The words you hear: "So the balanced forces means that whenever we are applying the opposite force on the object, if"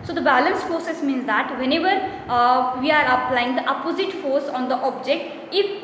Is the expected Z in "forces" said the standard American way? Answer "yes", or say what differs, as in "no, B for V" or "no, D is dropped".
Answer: no, S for Z